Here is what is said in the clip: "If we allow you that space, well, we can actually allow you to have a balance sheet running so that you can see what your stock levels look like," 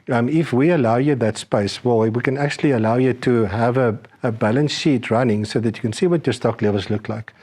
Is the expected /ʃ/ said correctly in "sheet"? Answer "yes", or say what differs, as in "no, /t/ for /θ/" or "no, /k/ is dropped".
yes